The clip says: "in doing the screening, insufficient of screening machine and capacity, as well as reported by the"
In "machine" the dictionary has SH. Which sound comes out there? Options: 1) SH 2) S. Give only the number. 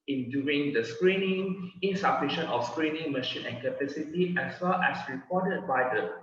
1